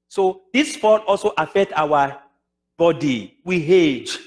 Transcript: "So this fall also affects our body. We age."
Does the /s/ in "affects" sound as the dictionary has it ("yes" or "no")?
no